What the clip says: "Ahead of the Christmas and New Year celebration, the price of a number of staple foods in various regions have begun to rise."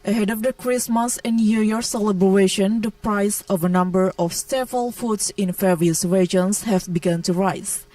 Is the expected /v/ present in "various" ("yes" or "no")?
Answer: no